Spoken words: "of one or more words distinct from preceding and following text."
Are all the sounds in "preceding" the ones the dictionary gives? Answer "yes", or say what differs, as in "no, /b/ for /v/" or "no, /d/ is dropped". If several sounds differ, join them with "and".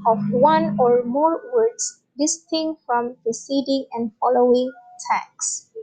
no, /ɹ/ is dropped